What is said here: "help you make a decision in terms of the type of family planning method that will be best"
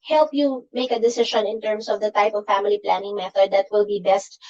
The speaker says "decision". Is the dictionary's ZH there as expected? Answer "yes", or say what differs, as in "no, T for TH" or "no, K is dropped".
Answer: no, SH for ZH